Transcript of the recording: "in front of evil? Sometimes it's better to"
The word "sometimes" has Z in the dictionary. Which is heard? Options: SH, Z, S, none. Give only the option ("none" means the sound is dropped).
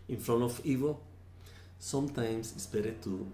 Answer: S